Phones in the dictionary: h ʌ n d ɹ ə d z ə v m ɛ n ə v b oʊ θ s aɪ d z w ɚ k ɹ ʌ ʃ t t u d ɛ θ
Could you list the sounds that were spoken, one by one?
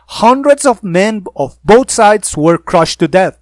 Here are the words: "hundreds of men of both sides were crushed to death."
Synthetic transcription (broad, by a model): h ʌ n d ɹ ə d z ə v m ɛ n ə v b oʊ t s aɪ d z w ɚ k ɹ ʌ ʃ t t u d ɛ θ